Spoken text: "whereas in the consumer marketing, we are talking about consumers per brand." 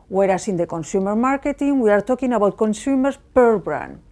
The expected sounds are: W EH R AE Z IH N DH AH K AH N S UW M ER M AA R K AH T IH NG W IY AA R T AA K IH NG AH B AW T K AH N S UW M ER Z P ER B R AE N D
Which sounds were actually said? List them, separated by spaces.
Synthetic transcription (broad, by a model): W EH R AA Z IH N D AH K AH N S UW M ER M AA R K AH T IH NG W IY AA R T AA K IH NG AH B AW T K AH N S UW M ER S P ER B R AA N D